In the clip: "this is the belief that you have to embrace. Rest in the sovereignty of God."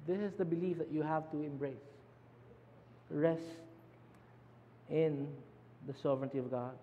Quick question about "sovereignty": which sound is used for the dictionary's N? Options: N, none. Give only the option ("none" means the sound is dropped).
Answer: N